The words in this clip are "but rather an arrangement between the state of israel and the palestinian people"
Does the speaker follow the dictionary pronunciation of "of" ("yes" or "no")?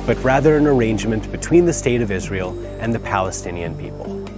yes